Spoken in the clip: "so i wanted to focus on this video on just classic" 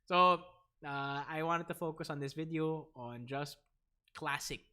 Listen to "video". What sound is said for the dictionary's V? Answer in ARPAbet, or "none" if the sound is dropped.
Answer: V